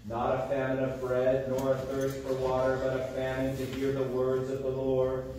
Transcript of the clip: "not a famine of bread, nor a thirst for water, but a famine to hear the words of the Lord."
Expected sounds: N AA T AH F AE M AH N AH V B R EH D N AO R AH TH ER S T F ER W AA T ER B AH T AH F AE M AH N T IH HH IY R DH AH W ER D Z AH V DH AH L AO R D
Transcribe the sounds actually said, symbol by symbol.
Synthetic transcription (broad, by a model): N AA T AH F AE M AH N AH V B R EH D N AO R AH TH ER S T F ER W AA T ER B AH T AH F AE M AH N T IH HH IY R DH AH W ER D Z AH V DH AH L AO R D